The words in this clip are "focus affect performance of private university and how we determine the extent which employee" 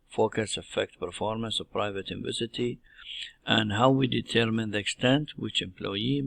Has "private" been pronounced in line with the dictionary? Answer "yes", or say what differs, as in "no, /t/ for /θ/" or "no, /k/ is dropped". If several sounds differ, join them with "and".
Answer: yes